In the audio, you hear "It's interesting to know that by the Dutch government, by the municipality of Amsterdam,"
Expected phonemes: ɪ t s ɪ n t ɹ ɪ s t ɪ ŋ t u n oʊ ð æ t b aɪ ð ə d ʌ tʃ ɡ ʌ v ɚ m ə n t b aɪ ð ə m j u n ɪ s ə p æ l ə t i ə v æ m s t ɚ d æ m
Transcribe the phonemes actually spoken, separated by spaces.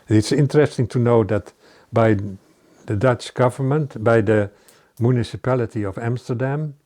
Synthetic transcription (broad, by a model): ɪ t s ɪ n t ɹ ɪ s t ɪ ŋ t u n oʊ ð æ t b aɪ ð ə d ʌ tʃ ɡ ʌ v ɚ m ə n t b aɪ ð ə m j u n ɪ s ə p æ l ə t i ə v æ m s t ɚ d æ m